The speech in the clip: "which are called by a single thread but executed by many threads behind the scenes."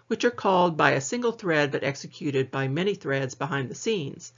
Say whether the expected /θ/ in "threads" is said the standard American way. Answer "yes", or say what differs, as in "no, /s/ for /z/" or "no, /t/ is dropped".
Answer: yes